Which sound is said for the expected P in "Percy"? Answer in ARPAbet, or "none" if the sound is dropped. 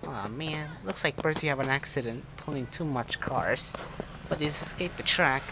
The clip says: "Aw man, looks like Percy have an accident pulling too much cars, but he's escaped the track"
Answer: B